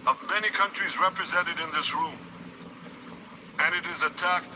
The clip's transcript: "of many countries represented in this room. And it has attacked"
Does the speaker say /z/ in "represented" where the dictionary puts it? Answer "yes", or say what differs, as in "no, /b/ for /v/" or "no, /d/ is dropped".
yes